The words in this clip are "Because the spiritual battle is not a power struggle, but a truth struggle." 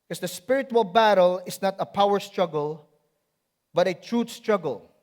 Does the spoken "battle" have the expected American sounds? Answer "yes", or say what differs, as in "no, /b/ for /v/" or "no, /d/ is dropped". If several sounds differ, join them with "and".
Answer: yes